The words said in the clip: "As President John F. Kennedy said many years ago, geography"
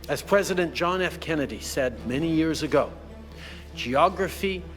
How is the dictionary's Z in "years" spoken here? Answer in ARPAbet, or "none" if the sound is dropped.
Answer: Z